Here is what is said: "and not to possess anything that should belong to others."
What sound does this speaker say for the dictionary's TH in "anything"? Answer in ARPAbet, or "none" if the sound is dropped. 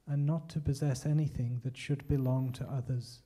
TH